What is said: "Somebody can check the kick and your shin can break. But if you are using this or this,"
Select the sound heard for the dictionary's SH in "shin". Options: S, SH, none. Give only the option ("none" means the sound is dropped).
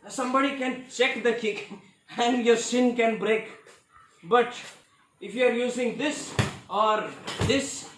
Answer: S